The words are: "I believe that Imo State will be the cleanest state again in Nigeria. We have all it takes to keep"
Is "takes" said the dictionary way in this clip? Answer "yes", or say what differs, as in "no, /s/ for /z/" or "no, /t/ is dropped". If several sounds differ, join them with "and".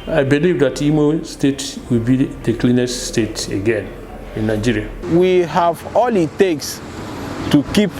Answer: yes